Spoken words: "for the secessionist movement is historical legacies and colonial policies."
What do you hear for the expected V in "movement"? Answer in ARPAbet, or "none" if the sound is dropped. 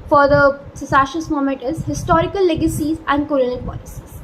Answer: none